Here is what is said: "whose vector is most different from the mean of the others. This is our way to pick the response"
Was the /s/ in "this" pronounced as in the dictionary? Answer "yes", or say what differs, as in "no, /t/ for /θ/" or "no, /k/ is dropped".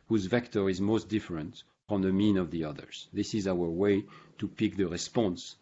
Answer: yes